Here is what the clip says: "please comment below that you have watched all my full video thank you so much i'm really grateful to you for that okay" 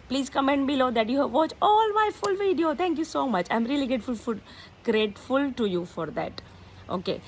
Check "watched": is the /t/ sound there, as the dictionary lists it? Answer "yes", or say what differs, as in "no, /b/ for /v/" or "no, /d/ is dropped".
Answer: no, /t/ is dropped